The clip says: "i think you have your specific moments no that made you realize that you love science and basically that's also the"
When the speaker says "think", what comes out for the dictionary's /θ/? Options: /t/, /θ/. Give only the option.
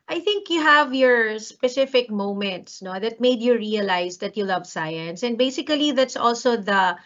/θ/